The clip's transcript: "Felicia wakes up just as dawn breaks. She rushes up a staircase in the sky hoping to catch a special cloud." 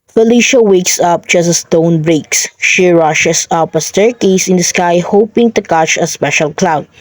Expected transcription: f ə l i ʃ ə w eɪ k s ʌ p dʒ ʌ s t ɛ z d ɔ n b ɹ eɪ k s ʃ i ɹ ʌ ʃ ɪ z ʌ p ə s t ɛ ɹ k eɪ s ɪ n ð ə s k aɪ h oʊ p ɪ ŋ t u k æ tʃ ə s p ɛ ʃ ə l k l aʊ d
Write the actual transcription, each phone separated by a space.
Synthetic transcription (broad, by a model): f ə l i ʃ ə w eɪ k s ʌ p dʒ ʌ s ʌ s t ɔ n b ɹ eɪ k s ʃ i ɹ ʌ ʃ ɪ s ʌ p ə s t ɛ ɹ k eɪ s ɪ n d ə s k aɪ h oʊ p ɪ ŋ t u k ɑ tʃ ə s p ɛ ʃ ə l k l aʊ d